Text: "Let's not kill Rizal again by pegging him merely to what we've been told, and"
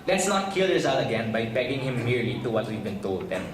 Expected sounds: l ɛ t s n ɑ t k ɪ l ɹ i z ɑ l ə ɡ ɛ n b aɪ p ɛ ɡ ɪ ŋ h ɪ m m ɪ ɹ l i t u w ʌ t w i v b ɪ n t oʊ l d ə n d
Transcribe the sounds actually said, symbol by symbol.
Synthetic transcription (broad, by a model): l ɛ t s n ɑ t k ɪ l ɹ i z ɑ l ə ɡ ɛ n b aɪ b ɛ ɡ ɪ ŋ h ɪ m m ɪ ɹ l i t u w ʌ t w i v b ɪ n t oʊ l d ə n